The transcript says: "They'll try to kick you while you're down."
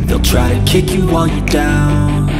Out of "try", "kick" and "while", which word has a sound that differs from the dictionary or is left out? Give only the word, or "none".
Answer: while